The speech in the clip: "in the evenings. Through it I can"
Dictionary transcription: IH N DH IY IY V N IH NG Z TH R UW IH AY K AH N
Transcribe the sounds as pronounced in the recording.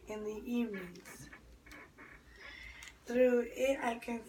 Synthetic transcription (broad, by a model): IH N DH IY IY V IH Z TH R UW IH AY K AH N